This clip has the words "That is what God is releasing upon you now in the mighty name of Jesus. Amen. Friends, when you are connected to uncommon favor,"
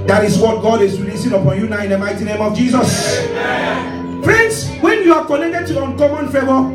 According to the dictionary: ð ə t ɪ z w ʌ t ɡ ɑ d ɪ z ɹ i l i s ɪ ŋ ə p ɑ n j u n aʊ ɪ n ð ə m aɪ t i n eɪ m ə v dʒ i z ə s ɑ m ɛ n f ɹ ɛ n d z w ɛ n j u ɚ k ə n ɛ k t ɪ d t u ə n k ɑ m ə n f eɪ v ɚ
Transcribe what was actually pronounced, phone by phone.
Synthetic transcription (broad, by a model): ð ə t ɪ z w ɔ t ɡ ɑ d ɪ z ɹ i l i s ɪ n ə p ɑ n j u n aʊ ɪ n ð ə m aɪ t i n eɪ m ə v dʒ i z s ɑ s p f ɹ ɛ n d s w ɛ n j u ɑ k ə n ɛ k t ɪ d t u ə n k ɑ m ə n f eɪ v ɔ